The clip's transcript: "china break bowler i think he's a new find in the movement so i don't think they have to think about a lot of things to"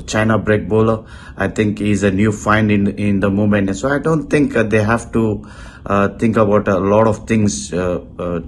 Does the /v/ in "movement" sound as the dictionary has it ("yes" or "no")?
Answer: no